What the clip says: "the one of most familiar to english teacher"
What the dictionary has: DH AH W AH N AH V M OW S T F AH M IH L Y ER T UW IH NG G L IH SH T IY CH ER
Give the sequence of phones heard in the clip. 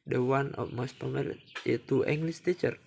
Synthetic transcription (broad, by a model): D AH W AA N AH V M OW S T P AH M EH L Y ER T UW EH NG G L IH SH T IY CH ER